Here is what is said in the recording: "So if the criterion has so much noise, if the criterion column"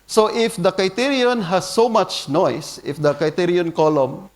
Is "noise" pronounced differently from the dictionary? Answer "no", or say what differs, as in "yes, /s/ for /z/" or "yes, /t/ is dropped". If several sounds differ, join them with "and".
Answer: yes, /s/ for /z/